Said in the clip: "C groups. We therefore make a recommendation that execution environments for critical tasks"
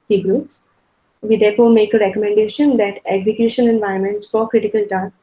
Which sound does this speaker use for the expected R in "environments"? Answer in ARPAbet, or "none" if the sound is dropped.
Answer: none